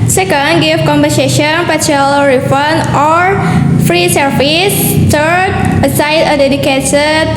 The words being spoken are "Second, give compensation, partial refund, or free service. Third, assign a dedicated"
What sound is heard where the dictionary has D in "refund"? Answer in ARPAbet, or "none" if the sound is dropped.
none